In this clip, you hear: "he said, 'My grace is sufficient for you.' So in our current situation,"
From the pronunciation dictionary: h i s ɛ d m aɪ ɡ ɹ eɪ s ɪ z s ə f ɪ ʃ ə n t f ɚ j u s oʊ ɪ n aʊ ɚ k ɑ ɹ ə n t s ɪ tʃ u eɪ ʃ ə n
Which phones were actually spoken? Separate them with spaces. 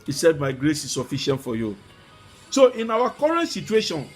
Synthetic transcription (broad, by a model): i s ɛ d m aɪ ɡ ɹ eɪ s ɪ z s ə f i ʃ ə n t f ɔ j u s oʊ ɪ n aʊ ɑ k ɑ ɹ ə n t s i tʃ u eɪ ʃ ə n